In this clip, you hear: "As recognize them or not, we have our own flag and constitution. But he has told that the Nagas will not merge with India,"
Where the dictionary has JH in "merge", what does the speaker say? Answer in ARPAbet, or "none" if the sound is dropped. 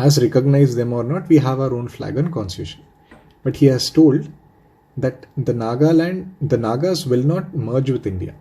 JH